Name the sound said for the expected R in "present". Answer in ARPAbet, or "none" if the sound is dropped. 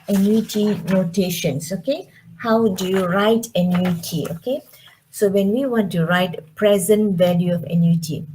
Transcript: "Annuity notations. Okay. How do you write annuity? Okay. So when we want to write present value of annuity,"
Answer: R